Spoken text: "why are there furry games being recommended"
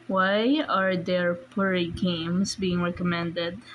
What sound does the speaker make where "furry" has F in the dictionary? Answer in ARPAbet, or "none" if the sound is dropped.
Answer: P